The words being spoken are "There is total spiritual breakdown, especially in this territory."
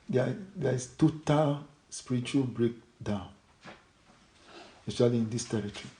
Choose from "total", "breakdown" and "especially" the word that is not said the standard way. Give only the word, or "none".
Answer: especially